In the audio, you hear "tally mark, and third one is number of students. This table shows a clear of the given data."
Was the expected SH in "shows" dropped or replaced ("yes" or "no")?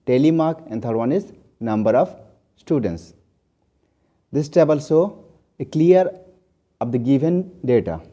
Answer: yes